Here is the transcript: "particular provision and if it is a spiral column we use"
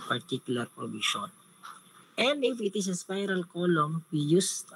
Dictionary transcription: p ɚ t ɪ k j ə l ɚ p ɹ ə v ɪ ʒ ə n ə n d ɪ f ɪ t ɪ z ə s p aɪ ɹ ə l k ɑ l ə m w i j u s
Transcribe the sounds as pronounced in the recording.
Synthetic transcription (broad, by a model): p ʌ t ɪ k j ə l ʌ p ɹ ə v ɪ ʃ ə n ə n d ɪ f ɪ t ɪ s ə s p aɪ ɹ ə l k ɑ l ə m w i j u s